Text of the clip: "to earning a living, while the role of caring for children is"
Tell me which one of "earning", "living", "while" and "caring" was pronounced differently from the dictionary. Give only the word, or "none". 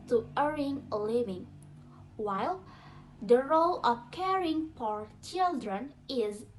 earning